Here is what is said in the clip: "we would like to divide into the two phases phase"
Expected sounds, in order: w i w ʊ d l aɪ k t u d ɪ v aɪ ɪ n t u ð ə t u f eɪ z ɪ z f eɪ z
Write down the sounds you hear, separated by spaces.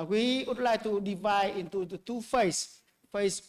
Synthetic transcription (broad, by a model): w i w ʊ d l aɪ k t u d ɪ v aɪ ɪ n t u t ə t u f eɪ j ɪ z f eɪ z